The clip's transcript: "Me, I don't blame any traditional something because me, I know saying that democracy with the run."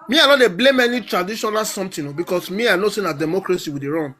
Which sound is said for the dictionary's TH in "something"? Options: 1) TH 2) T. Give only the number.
2